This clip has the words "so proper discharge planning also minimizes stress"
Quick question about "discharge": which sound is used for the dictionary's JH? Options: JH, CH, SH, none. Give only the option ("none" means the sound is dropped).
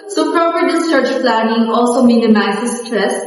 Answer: CH